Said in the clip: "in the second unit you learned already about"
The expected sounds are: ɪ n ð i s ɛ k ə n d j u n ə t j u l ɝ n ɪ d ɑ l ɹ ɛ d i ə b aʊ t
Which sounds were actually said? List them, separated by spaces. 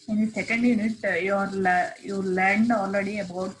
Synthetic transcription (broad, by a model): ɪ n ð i s ɛ k ə n d j u n ə t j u l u l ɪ d ɑ l ɹ ɛ d i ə b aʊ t